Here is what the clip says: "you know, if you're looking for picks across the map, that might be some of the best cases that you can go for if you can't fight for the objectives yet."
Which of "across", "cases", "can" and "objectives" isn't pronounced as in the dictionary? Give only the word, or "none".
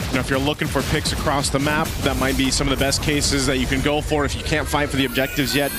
none